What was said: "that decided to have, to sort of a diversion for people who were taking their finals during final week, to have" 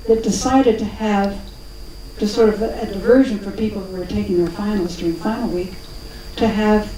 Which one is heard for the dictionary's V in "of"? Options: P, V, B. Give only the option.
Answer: V